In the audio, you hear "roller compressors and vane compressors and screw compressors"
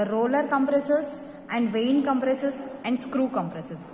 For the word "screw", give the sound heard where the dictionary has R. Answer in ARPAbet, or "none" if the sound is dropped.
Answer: R